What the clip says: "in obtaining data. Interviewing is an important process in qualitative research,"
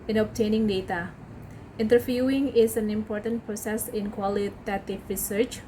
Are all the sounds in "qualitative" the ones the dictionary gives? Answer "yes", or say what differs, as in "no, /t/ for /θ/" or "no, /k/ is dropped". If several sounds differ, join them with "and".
no, /f/ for /v/